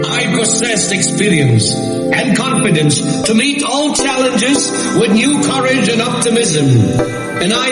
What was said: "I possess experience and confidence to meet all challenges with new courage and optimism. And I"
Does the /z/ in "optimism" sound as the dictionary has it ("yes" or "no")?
yes